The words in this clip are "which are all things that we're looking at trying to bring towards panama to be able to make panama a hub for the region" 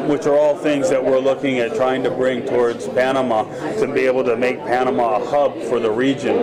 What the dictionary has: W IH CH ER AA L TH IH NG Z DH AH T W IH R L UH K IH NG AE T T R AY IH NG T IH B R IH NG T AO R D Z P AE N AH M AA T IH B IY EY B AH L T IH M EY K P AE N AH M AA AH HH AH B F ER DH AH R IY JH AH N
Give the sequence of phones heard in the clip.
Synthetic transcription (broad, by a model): W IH CH ER AA L TH IH NG Z DH AH T W IH R L UH K IH NG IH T T R AY IH NG T IH B R IH NG T AO R D Z P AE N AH M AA T IH B IY EY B L T IH M EY K P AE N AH M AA AH HH AH B F ER DH AH R IY JH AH N